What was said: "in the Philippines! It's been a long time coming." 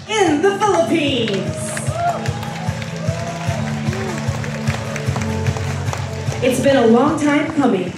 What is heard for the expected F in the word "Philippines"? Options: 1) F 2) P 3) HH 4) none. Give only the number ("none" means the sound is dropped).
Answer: 1